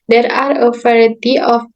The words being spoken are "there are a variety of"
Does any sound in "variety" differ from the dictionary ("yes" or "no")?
yes